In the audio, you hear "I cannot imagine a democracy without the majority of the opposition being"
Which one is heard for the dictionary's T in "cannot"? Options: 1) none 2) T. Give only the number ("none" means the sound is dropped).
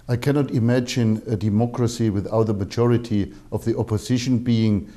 2